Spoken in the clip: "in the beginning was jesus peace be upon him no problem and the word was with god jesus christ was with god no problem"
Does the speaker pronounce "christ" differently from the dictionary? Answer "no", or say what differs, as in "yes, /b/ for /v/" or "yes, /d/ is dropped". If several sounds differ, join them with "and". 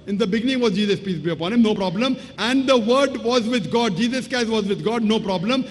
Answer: yes, /ɹ/ is dropped